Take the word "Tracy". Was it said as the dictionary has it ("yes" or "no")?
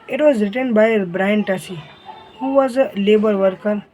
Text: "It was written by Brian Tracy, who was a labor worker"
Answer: no